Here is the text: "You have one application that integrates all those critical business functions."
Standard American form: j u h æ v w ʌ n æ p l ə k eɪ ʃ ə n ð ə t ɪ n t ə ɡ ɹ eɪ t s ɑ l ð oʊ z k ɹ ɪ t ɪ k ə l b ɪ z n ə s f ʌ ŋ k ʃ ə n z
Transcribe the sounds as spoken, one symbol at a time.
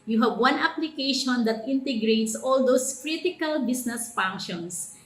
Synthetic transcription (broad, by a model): j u h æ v w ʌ n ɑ p l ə k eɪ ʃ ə n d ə t ɪ n t ə ɡ ɹ eɪ t s ɑ l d oʊ s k ɹ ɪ t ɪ k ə l b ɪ s n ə s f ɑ ŋ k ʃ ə n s